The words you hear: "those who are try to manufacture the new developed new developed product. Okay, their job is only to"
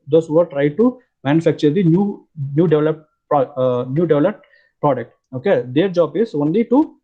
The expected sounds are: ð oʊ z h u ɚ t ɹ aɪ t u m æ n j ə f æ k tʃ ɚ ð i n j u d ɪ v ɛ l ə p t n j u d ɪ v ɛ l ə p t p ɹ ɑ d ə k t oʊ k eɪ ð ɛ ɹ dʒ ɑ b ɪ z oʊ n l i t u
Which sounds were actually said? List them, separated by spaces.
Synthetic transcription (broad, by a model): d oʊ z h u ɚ t ɹ aɪ t u m æ n j ə f æ k tʃ ɚ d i n j u d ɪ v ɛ l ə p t n j u d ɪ v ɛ l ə p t p ɹ ɑ d ə k t oʊ k eɪ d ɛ ɹ dʒ ɑ b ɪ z oʊ n l i t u